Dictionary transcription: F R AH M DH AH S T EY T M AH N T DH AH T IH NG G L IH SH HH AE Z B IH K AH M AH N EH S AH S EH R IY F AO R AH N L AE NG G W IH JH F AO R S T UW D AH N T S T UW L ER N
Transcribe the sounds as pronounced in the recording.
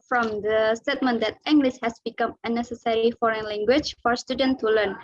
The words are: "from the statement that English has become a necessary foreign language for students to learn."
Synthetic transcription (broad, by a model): F R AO M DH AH S T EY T M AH N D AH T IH NG G L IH S HH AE S B IH K AH M AH N EH S AH S EH R IY F AO R AH N L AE NG G W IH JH F AO R S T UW D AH N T T UW L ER N